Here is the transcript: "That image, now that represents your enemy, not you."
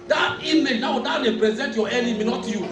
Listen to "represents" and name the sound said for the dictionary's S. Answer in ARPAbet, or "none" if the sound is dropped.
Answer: none